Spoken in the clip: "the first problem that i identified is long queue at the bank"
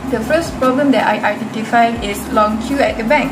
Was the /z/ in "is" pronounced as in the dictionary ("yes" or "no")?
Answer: no